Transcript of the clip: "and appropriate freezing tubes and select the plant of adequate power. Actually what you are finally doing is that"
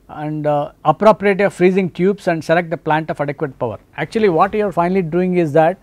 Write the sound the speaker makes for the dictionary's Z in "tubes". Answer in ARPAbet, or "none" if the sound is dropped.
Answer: S